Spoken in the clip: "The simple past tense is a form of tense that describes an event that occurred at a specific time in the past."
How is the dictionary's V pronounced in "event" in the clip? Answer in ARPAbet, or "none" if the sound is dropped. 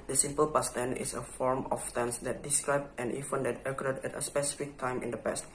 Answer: F